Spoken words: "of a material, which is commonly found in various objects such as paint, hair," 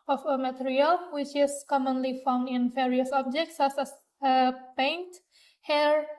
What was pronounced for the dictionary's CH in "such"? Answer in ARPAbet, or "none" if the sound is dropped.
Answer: S